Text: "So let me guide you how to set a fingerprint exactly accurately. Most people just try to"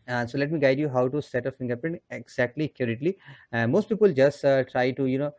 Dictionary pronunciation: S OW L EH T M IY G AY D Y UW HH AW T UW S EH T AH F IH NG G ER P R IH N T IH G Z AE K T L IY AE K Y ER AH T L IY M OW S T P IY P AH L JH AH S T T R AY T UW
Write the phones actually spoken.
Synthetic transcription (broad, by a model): S OW L EH T M IY G AY D Y UW HH AW T UW S EH T AH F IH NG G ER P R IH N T IH G Z AE K T L IY K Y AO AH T L IY M OW S T P IY P AH L JH AH S T T R AY T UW